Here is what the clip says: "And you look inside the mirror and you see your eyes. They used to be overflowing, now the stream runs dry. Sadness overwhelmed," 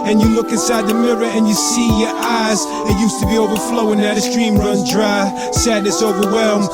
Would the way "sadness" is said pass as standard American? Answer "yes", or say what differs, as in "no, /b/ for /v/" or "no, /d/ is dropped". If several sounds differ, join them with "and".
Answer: yes